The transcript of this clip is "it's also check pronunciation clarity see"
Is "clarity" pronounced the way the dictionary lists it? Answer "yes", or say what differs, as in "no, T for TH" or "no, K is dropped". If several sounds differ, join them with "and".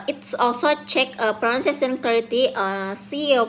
no, L is dropped